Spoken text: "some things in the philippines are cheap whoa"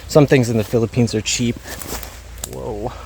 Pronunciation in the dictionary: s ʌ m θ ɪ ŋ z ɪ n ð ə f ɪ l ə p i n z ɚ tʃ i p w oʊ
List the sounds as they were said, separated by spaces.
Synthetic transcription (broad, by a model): s ʌ m θ ɪ ŋ z ɪ n ð ə f ɪ l ə p i n z ɚ tʃ i p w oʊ